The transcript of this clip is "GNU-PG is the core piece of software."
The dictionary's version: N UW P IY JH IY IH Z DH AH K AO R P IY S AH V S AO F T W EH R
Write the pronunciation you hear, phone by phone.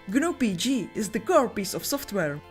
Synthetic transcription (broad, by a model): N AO P IY JH IY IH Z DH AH K AO R P IY S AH F S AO F T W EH R